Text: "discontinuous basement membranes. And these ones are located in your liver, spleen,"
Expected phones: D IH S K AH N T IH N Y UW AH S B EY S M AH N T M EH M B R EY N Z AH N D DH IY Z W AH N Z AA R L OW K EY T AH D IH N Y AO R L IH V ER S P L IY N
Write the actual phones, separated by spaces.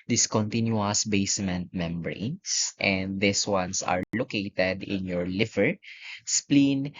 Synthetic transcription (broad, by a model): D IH S K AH N T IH N Y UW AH S B EY S M AH N T M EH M B R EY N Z AH N D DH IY S W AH N S AA R L OW K EY T AH D IH N Y AO R L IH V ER S P L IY N